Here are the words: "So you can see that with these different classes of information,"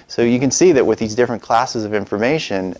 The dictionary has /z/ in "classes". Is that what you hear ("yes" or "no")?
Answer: yes